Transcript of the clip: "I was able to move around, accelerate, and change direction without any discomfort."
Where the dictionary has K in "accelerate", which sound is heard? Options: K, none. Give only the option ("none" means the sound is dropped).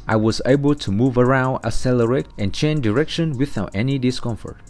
none